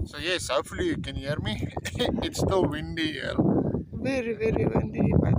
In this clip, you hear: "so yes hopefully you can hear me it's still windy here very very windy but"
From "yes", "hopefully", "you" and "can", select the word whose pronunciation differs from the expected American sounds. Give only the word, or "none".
hopefully